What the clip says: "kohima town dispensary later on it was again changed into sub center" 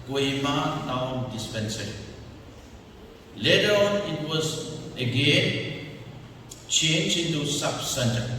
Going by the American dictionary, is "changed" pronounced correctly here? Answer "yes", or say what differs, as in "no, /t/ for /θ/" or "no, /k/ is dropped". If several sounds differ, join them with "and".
no, /d/ is dropped